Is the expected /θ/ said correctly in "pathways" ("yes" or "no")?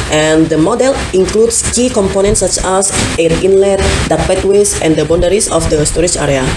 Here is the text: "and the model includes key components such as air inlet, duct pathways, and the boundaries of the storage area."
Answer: no